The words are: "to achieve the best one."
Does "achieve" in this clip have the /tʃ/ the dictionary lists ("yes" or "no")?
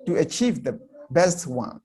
yes